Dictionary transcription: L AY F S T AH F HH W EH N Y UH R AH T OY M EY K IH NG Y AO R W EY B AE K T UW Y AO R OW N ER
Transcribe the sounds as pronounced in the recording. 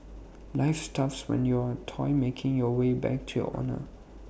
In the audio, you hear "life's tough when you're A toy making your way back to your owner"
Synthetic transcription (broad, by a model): L AY F S T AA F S W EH N Y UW AH T OY M EY K IH NG Y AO W EY B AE K T UW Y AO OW N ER